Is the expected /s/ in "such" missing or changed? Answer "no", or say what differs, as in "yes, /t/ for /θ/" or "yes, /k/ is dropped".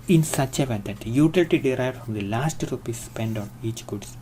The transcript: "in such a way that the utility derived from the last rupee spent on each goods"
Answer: no